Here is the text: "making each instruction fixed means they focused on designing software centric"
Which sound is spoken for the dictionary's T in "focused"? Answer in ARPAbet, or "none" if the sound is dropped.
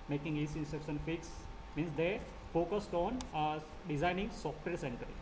T